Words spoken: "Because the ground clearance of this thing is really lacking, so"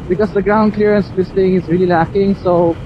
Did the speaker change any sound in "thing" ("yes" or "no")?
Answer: yes